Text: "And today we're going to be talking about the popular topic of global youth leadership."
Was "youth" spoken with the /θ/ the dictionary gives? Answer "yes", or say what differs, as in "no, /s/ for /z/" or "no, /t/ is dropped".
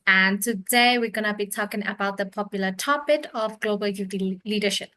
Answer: no, /t/ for /θ/